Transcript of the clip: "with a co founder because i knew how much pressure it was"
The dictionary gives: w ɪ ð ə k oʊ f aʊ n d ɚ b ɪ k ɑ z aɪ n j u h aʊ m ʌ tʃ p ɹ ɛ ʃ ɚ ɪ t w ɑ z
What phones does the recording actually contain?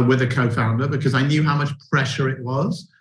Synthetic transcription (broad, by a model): w ɪ ð ə k oʊ f aʊ n d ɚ b ɪ k ɑ z aɪ n j u h aʊ m ʌ tʃ p ɹ ɛ ʃ ɚ ɪ t w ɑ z